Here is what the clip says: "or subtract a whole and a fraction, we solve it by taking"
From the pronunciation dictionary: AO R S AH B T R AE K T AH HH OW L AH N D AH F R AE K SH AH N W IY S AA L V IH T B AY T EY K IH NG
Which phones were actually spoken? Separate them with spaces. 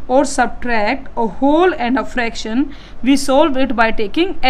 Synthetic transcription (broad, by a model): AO R S AH B T R AE K T AH HH OW L AH N D AH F R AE K SH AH N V IY S AA L V IH T B AY T EY K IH NG